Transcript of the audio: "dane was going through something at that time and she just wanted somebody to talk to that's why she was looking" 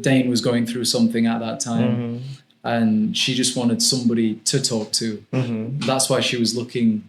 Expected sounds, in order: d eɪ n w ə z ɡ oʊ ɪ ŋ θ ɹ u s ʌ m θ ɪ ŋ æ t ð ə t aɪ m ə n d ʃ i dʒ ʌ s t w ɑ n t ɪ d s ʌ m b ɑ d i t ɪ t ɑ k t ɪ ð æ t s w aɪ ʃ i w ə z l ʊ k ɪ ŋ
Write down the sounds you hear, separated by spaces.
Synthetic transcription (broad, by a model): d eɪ n w ə z ɡ oʊ ɪ ŋ θ ɹ u s ʌ m θ ɪ ŋ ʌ t ð ə t aɪ m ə n ʃ i dʒ ʌ s t w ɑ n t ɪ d s ʌ m b ɑ d i t ɪ t ɑ k t ɪ ð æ t s w aɪ ʃ i w ə z l ʊ k ɪ ŋ